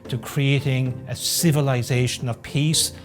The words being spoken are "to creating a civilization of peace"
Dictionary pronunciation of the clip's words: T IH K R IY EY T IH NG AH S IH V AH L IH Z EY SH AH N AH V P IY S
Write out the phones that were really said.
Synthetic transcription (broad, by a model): T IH K R IY EY T IH NG AH S IH V AH L IH Z EY SH AH N AH V P IY S